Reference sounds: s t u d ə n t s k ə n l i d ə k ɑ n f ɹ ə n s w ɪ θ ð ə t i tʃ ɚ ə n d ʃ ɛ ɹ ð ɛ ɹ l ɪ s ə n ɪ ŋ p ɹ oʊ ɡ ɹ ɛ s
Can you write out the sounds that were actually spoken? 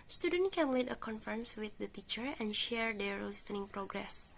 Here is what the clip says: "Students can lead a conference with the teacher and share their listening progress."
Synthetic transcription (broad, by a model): s t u d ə n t k ə n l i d ə k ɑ n f ɹ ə n s w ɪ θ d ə t i tʃ ɚ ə n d ʃ ɛ ɹ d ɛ ɹ l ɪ s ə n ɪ ŋ p ɹ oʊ ɡ ɹ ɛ s